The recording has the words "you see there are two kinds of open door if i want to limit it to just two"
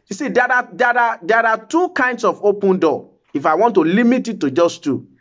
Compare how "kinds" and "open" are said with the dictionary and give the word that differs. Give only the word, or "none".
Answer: kinds